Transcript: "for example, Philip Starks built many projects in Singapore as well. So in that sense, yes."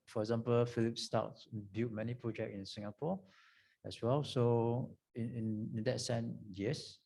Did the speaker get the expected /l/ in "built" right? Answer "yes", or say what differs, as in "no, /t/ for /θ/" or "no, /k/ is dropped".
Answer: no, /l/ is dropped